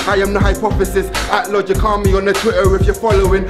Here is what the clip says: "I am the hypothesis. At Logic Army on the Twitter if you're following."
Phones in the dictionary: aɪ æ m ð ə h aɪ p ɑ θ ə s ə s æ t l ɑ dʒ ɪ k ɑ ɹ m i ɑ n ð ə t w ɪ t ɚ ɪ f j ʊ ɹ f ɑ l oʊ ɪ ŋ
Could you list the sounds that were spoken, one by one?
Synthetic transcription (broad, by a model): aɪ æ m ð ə h aɪ p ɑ f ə s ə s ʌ t l ɑ dʒ ɪ k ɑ m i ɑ n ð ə t w ɪ t ɚ ɪ f j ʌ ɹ f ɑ l oʊ ɪ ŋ